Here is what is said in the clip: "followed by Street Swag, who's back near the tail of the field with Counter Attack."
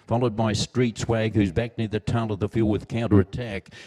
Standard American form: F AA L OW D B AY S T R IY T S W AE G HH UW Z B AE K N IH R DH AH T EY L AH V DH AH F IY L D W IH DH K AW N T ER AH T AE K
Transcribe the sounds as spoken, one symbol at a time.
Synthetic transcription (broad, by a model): F AA L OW D B AY S T R IY T S W AE G HH UW Z B AE K N IH R DH AH T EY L AH V DH AH F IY L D W IH DH K AW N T ER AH T AE K